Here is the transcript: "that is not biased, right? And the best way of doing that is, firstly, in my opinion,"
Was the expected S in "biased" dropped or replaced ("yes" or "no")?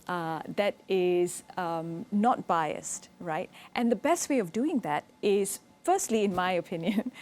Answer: no